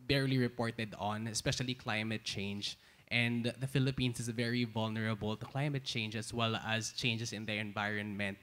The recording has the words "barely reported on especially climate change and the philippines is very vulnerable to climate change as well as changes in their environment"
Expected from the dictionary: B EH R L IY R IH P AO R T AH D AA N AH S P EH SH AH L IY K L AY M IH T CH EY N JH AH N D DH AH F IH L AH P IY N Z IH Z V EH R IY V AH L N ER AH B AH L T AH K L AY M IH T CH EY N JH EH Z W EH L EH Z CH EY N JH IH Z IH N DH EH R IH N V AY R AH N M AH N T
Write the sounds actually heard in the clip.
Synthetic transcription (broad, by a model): B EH R L IY R IH P AO R T AH D AA N AH S P EH SH AH L IY K L AY M IH T CH EY N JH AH N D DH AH F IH L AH P IY N S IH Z V EH R IY V AH L N ER AH B AH L T AH K L AY M IH T CH EY N JH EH S W EH L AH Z CH EY N JH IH S IH N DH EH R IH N V AY R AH N M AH N T